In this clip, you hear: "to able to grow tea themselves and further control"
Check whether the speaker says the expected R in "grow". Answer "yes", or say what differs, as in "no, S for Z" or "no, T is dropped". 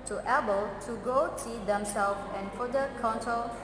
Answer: no, R is dropped